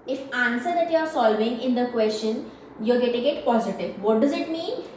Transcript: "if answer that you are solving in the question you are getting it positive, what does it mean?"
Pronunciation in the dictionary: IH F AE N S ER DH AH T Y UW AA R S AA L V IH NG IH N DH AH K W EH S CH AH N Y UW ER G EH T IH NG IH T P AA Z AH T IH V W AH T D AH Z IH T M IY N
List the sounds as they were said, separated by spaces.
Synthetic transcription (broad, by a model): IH F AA N S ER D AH T Y UW AA R S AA L V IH NG IH N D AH K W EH S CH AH N Y UW G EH T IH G IH T P AA Z AH T IH V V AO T D AH Z IH T M IY N